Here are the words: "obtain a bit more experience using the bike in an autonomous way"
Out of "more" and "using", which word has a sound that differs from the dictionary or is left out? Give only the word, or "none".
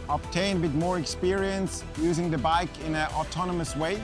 none